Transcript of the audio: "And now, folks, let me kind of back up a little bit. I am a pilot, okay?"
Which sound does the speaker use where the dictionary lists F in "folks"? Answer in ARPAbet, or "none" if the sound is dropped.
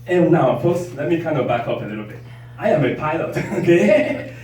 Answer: P